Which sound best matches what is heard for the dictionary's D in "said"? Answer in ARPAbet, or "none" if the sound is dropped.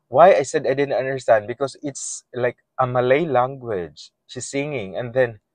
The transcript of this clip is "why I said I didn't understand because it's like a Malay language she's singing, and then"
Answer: D